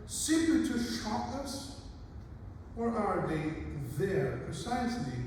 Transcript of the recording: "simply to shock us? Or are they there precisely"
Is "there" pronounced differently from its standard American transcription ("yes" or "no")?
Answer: no